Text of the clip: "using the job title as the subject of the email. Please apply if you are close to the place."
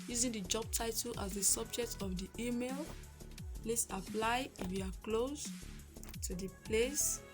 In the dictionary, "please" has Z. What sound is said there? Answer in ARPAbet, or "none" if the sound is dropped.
S